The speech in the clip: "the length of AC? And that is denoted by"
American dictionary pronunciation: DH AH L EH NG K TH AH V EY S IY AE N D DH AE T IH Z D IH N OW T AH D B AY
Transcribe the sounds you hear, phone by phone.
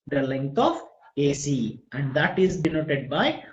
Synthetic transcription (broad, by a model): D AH L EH NG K T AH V EY S IY AE N D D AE T IH Z D IH N OW T AH D B AY